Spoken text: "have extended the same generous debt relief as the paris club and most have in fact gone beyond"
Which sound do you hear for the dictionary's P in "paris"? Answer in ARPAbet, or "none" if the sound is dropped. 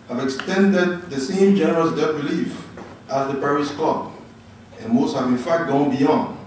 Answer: P